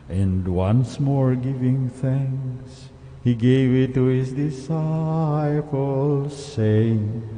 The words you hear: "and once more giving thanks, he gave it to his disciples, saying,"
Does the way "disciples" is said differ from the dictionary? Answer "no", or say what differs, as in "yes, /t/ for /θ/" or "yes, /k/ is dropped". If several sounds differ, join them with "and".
yes, /f/ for /p/